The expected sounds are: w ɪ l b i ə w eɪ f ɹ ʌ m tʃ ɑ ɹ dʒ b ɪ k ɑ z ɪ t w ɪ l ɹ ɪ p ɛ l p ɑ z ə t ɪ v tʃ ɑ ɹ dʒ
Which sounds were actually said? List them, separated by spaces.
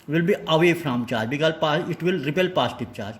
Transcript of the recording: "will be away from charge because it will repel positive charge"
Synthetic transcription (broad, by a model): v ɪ l b i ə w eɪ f ɹ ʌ m tʃ ɑ ɹ dʒ b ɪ k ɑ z ɪ t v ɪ l ɹ ɪ p ɛ l p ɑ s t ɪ p tʃ ɑ ɹ dʒ